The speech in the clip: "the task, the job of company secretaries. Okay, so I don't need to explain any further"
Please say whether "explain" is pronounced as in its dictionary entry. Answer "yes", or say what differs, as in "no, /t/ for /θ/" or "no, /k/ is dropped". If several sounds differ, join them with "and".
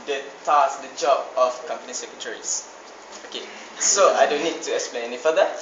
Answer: yes